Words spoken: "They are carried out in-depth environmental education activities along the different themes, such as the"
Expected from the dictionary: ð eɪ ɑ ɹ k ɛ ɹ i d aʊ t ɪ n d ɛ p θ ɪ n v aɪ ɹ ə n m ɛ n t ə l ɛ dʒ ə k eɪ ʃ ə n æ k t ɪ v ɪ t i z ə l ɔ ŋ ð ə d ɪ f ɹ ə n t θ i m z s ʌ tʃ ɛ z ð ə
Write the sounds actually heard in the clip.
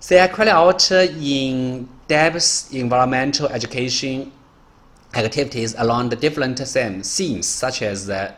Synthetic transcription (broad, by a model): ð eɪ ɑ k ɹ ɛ l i aʊ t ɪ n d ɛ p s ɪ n v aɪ ɹ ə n m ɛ n t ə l ɛ dʒ ə k eɪ ʃ ə n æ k t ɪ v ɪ t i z ə l ɔ ŋ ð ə d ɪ f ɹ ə n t s i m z s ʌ tʃ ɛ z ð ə